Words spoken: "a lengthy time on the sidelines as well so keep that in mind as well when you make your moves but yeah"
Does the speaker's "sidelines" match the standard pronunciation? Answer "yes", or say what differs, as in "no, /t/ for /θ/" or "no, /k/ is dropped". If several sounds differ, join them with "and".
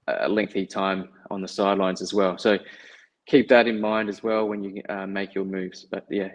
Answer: yes